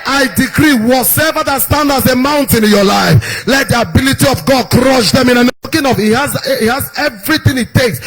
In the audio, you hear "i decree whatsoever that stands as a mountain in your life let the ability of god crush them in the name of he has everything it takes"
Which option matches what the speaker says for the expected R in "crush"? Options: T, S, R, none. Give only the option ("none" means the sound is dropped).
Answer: R